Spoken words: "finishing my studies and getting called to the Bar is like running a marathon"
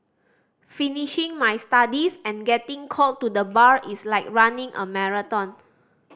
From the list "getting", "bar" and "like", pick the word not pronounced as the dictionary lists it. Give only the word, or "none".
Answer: none